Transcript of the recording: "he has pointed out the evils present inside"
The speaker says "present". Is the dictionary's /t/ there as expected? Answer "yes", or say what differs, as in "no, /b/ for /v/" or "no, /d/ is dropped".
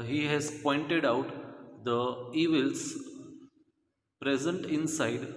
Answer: yes